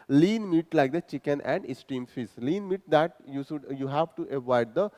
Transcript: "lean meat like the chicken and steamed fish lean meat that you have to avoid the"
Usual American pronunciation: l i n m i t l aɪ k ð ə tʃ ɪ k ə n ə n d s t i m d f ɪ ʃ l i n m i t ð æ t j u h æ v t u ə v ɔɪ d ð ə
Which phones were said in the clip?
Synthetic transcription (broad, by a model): l i n m i t l aɪ k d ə tʃ ɪ k ə n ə n d s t i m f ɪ s l i n m i t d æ t j u h æ v t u ə v ɔɪ d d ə